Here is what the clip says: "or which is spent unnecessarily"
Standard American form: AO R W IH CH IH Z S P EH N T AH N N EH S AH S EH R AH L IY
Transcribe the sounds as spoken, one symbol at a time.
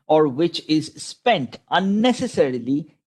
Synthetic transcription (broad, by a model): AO R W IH CH IH Z S P EH N T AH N N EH S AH S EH R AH L IY